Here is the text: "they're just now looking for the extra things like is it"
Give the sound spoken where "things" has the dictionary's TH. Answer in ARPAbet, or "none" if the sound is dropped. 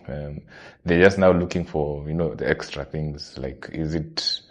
TH